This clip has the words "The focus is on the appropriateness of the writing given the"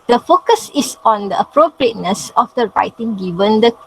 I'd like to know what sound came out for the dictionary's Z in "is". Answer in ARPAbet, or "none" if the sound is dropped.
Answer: S